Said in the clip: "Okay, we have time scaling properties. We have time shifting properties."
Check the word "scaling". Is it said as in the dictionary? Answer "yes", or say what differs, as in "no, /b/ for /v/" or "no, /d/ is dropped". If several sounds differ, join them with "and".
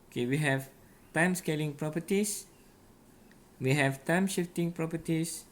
yes